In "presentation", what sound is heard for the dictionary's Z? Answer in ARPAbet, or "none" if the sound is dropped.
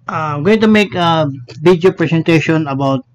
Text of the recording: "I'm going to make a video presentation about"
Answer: S